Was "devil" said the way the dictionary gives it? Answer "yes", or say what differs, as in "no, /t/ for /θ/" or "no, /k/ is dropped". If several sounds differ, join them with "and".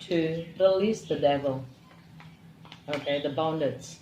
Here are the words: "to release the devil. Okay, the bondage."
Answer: yes